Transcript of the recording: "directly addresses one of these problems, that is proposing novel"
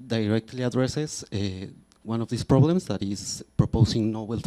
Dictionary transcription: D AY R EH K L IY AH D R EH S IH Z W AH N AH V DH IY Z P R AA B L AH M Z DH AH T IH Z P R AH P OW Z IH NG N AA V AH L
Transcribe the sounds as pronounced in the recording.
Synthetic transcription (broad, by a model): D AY R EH K L IY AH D R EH S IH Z W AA N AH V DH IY S P R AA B L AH M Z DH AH T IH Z P R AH P OW S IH NG N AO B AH L